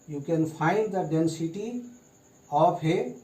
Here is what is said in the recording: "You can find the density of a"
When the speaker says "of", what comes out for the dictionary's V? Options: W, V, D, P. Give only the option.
P